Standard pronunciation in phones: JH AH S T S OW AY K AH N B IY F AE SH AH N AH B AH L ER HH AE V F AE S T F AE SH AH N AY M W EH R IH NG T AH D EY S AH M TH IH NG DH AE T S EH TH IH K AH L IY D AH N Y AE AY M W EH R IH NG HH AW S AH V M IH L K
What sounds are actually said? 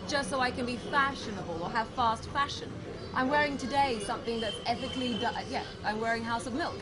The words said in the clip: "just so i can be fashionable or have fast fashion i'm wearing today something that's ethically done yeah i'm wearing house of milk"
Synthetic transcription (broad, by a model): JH AH S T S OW AY K AH N B IY F AE SH AH N AH B AH L ER HH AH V F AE S T F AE SH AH N AY M W EH R IH NG T AH D EY S AH M TH IH NG DH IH T S EH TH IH K L IY D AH Y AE AY M W EH R IH NG HH AW S AH V M IH L K